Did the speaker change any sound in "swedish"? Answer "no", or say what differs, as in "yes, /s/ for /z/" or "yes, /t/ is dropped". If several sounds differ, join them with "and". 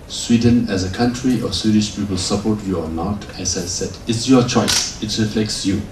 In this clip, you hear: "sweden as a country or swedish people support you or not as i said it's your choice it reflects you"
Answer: no